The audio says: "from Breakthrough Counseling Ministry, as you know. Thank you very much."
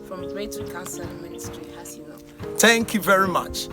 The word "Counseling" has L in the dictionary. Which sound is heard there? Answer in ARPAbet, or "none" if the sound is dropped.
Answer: none